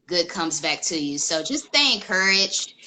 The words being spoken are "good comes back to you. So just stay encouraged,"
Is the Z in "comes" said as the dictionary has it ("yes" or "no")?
yes